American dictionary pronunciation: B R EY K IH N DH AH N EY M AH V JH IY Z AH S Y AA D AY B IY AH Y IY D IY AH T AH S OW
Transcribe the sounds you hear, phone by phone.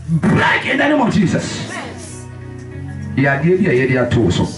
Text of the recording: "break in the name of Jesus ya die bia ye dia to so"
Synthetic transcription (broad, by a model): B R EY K IH N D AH N EY M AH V JH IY S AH S Y AA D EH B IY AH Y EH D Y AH T AH S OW